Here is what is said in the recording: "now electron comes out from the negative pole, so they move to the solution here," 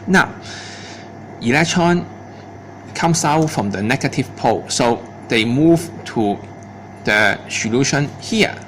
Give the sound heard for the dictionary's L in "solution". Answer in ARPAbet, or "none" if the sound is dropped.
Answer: L